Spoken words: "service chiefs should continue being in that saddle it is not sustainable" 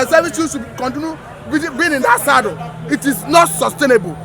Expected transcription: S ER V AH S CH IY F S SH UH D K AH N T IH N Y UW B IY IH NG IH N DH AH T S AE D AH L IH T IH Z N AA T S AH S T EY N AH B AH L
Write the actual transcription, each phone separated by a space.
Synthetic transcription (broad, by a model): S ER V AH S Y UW S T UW K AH N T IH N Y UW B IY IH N IH N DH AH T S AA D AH IH T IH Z N AA T S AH S T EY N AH B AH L